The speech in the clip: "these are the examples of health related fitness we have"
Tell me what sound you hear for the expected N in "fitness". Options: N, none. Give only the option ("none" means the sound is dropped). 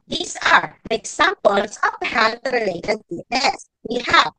none